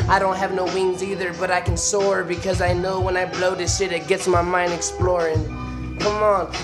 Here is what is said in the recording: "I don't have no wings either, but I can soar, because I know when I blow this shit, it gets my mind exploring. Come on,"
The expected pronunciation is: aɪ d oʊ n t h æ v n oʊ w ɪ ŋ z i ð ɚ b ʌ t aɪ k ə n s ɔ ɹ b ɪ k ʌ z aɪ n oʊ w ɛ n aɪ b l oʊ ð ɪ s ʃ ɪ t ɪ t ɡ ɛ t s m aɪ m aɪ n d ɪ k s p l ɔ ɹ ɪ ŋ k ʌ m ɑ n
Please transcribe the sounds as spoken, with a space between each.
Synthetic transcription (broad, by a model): aɪ d oʊ n t h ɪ v n oʊ w ɪ ŋ z i ð ɚ b ʌ t aɪ k ə n s ɔ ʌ b ɪ k ʌ z aɪ n oʊ w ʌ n aɪ b l oʊ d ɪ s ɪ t ɪ t ɡ ɛ t s m aɪ m aɪ n d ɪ k s p l ɔ ɹ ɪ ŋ k ʌ m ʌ n